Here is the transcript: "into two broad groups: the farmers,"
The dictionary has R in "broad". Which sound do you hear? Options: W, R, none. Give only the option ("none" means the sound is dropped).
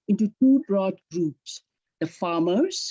R